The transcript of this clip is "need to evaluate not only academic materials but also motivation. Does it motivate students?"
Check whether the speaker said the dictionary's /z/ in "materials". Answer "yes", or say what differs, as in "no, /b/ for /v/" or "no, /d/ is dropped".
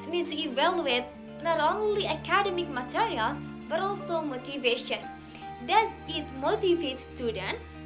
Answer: no, /z/ is dropped